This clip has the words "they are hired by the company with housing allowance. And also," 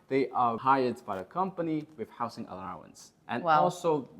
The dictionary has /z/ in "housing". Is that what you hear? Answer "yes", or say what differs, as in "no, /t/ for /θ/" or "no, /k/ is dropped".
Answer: no, /s/ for /z/